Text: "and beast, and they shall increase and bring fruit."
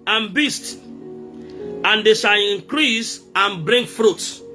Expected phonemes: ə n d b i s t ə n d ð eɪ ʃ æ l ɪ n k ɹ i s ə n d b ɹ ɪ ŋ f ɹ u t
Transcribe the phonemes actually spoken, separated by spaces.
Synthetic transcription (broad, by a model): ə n b i s t ə n d eɪ ʃ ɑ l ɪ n k ɹ i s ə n b ɹ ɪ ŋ f ɹ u t